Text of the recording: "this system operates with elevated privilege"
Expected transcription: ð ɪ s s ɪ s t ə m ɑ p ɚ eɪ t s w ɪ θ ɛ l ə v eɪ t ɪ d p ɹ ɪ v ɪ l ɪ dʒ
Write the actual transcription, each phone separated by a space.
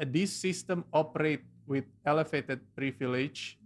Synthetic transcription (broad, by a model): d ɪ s s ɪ s t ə m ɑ p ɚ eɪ t w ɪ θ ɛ l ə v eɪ t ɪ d p ɹ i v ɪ l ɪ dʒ